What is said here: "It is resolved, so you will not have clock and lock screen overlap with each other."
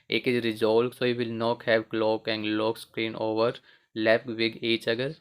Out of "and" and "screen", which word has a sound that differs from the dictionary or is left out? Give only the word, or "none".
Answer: none